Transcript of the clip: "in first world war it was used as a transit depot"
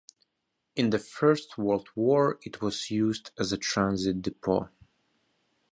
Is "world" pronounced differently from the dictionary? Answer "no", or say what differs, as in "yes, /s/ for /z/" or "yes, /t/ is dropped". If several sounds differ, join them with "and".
no